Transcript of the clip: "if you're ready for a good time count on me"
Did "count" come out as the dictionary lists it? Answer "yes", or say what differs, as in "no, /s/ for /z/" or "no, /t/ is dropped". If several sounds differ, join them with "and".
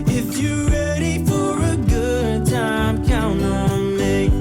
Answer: no, /t/ is dropped